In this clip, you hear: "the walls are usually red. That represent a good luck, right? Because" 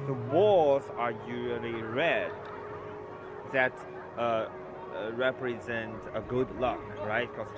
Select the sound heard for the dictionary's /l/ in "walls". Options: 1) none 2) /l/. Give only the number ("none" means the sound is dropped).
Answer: 1